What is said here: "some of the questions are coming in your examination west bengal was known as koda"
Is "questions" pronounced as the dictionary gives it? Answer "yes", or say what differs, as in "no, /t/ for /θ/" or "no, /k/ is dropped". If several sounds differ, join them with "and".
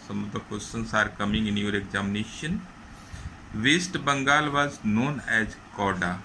no, /s/ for /tʃ/ and /s/ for /z/